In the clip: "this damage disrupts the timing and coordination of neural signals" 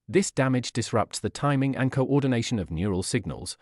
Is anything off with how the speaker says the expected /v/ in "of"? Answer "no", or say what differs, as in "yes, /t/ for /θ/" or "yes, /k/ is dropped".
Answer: no